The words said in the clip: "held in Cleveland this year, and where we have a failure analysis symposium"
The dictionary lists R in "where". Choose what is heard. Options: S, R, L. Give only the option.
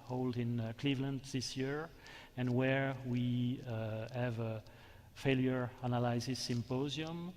R